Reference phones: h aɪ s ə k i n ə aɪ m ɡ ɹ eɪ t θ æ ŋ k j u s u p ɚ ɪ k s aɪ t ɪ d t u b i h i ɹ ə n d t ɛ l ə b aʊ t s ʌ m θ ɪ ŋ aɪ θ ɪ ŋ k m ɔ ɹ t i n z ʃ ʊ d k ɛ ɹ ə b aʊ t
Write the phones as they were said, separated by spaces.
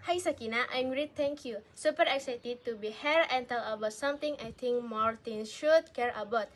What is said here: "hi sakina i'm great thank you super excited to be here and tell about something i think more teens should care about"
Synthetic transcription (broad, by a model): h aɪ s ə k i n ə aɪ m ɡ ɹ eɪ t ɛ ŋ k j u s u p ɚ ɪ k s aɪ t ɪ d t u b i h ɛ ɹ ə n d t ɛ l ə b aʊ t s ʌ m t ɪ ŋ aɪ t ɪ ŋ k m ɔ ɹ t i n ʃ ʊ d k ɛ ɹ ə b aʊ t